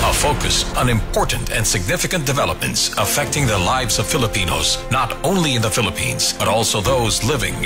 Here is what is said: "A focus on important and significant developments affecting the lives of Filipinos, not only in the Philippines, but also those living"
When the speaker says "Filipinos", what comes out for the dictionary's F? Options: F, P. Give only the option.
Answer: F